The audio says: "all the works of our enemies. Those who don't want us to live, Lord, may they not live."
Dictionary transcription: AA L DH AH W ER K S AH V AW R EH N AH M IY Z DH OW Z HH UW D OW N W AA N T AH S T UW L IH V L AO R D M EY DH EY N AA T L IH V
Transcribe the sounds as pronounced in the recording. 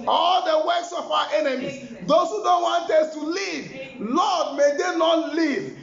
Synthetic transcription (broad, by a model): AA L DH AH W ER K S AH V AW W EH N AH M IY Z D OW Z HH UW D OW N W AA N T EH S T UW L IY V L AO D M EY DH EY N AA T L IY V